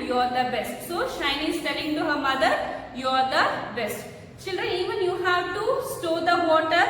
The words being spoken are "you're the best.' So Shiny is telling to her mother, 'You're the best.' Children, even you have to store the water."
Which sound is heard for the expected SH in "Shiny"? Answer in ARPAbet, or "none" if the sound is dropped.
SH